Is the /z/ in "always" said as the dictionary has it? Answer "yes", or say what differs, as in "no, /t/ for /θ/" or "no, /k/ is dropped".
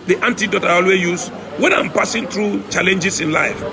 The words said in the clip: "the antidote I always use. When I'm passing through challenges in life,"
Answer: no, /z/ is dropped